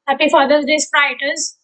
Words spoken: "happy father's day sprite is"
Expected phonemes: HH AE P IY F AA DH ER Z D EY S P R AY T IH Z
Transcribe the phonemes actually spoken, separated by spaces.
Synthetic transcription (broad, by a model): HH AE P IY F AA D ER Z D EY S R AY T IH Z